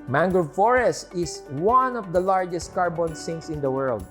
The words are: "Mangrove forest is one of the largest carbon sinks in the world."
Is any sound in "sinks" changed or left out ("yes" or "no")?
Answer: yes